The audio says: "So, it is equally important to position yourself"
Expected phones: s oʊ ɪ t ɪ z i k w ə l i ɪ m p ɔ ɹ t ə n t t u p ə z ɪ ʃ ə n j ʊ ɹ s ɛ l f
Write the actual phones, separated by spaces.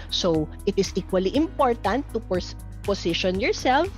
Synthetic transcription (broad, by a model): s oʊ ɪ t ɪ s i k w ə l i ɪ m p ɔ ɹ t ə n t t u p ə s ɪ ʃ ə n j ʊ ɹ s ɛ l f